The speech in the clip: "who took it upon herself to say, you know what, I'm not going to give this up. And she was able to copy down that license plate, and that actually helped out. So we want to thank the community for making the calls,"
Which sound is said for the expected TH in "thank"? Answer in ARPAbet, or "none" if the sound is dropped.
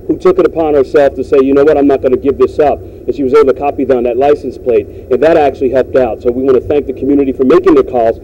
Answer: TH